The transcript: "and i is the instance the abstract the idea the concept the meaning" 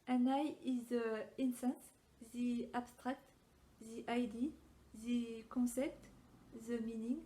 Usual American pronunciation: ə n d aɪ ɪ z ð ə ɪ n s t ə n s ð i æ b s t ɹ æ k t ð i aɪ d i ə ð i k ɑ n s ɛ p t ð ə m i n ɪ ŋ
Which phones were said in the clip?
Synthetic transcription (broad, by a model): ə n aɪ ɪ z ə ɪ n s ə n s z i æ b s t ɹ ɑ k t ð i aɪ d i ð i k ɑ s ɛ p t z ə m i n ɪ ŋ